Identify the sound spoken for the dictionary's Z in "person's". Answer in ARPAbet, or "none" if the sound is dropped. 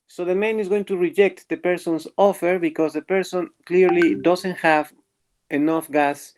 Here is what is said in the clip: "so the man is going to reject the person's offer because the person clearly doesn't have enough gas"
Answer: S